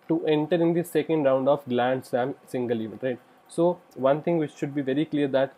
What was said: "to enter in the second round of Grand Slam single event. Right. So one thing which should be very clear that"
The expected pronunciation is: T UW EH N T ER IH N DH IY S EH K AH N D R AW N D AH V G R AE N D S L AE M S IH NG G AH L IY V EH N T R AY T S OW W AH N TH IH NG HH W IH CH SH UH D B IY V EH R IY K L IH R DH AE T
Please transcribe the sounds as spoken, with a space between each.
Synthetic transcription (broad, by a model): T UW EH N T ER IH N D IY S EH K AH N D R AW N D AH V G L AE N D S AE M S IH NG G AH L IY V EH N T R AY T S OW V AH N T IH NG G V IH CH SH UH D B IY V EH R IY K L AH R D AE T